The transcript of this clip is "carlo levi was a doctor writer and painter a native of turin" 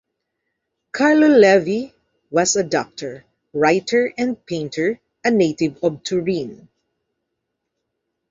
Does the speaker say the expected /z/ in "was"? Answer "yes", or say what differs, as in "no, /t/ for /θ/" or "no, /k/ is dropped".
no, /s/ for /z/